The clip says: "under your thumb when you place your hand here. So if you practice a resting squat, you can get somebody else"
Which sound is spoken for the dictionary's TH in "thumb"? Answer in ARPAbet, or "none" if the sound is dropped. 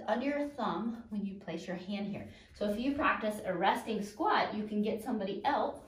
TH